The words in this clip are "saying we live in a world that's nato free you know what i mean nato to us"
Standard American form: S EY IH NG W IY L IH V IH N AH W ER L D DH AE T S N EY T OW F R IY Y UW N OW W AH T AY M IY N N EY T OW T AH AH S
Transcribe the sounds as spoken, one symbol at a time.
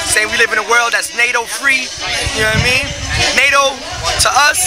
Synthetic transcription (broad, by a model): S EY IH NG W IY L IH V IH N AH W ER L D DH AE T S N EY T OW F R IY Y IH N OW AY M IY N N EY T OW T AH AH S